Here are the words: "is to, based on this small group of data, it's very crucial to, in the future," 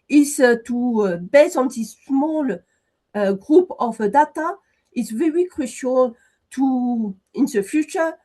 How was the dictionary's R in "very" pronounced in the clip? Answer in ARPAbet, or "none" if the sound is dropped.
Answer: R